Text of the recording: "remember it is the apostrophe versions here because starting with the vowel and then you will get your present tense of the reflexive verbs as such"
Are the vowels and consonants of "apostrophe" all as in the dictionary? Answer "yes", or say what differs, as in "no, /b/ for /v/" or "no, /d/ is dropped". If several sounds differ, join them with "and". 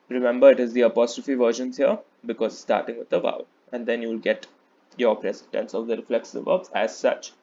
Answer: yes